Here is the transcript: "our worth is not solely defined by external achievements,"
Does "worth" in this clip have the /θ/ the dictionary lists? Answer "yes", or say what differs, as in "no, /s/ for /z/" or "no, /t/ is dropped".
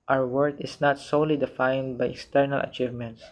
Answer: no, /t/ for /θ/